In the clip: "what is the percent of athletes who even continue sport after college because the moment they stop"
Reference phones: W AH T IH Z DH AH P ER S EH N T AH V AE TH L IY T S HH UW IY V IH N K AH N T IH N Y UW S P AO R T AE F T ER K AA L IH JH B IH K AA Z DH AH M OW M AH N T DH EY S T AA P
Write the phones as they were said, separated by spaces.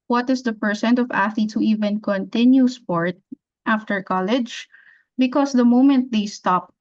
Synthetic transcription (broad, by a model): W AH T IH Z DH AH P ER S EH N T AH V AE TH IY T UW IY V IH N K AH N T IH N Y UW S P AO R T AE F T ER K AA L IH JH B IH K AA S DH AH M OW M AH N T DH EY S T AA P